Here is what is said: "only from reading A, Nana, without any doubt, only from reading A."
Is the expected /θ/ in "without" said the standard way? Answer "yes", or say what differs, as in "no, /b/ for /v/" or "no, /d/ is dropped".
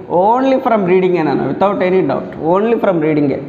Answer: no, /t/ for /θ/